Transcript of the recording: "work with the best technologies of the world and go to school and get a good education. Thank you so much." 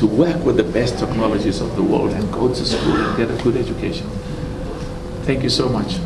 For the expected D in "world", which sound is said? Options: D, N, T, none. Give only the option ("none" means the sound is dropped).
D